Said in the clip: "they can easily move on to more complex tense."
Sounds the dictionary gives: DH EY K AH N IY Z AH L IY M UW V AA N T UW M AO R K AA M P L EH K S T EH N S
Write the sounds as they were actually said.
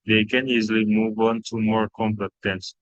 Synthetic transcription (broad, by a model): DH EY K AH N IY Z AH L IY M UW V AA N T UW M AO R K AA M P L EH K T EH N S